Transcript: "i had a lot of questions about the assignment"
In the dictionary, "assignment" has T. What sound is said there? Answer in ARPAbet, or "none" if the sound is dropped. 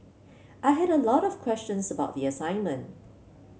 T